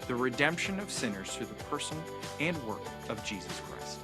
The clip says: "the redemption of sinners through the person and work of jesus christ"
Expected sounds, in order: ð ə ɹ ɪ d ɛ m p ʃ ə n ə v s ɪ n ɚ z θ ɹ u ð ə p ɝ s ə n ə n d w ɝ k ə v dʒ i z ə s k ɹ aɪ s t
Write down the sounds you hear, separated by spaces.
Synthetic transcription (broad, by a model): ð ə ɹ ɪ d ɛ m p ʃ ə n ə v s ɪ n ɚ z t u ð ə p ɝ s ə n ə n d w ɝ k ə v dʒ i z ə s k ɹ aɪ s t